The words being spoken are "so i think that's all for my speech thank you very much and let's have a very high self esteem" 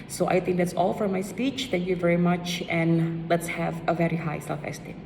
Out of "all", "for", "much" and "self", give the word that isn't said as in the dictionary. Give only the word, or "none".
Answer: self